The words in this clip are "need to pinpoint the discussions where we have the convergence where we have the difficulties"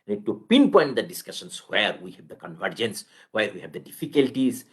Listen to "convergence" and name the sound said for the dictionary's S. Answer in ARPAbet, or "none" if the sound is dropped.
S